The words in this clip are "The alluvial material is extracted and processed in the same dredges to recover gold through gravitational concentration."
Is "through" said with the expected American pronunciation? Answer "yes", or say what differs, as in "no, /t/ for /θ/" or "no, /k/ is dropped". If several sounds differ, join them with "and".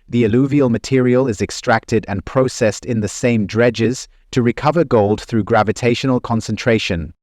yes